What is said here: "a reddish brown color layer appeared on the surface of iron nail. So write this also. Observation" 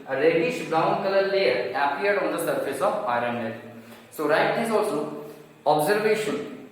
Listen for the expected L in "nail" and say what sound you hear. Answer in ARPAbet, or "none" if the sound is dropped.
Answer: N